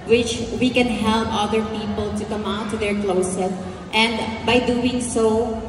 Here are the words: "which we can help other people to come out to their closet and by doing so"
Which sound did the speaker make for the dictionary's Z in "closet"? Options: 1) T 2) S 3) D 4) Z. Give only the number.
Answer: 2